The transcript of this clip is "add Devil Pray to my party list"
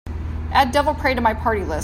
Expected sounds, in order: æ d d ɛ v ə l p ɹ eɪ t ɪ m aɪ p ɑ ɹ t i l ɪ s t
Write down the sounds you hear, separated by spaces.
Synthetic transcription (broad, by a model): æ d d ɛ v l p ɹ eɪ t ɪ m aɪ p ɑ ɹ t i l ɪ s